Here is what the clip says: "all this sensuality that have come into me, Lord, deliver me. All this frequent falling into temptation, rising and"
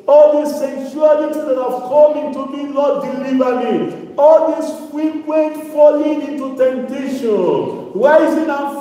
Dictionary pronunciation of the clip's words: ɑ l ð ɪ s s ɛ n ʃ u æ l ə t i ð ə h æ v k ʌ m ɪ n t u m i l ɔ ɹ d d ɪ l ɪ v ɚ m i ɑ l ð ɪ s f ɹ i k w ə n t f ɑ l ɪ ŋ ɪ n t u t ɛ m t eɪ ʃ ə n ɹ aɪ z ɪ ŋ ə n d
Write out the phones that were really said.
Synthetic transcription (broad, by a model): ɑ l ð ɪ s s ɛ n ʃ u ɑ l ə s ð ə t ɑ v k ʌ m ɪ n t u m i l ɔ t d d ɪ l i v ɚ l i ɑ l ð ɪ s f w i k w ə t f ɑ l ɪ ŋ ɪ n t u t ɛ m t eɪ ʃ ə n w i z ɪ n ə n